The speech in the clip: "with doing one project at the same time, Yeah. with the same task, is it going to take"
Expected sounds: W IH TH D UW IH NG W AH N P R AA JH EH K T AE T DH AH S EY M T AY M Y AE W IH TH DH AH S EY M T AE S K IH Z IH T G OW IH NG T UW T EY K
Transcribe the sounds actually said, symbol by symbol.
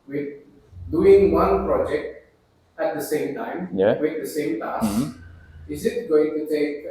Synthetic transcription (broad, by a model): W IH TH D UW IH NG W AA N P R AA JH EH K T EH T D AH S EY M T AY M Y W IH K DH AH S EY M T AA S IH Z IH T G OW IH NG T UW T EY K